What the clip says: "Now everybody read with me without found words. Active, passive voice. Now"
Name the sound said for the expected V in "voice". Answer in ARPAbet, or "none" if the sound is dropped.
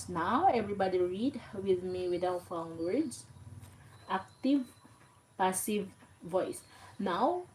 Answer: V